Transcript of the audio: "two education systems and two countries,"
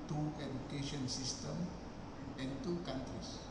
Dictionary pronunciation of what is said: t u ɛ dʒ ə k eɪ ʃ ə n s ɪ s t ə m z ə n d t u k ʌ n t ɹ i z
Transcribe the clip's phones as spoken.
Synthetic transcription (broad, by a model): t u ɛ dʒ ə k eɪ ʃ ə n s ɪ s t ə m ə n t u k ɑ n t ɹ i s